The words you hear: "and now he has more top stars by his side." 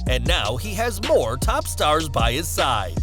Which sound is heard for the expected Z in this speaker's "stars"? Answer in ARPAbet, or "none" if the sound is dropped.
Z